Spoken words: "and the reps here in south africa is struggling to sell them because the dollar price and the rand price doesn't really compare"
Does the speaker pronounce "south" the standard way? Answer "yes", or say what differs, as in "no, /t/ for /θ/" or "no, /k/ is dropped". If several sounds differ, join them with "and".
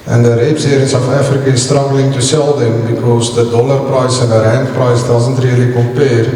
no, /f/ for /θ/